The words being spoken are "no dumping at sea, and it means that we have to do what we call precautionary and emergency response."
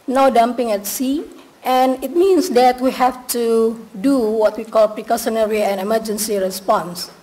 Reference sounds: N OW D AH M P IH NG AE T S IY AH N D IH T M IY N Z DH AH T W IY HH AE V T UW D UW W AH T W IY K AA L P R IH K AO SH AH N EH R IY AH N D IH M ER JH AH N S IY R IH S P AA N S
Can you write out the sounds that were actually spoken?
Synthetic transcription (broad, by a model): N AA D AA M P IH NG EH T S IY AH N IH T M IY N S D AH T W IY HH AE F T UW D UW W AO T W IY K AA L P R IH K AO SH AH N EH R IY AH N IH M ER JH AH N S IY R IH S P AA N S